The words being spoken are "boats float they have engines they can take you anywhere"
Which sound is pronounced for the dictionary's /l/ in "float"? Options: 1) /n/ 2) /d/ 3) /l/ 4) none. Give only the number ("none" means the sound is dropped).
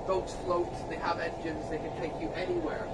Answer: 3